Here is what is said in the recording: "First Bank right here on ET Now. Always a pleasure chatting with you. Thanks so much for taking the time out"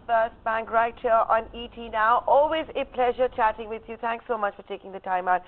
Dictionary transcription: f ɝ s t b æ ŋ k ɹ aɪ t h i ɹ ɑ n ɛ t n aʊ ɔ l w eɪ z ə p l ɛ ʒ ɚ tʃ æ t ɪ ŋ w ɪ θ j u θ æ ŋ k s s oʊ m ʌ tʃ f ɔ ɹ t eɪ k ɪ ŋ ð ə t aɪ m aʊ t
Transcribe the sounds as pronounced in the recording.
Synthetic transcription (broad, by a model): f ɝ s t b æ ŋ k ɹ aɪ t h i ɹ ɑ n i t n aʊ ɔ l w eɪ z ə p l ɛ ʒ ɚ tʃ æ t ɪ ŋ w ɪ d j u t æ ŋ k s s oʊ m ʌ tʃ f ɔ ɹ t eɪ k ɪ ŋ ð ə t aɪ m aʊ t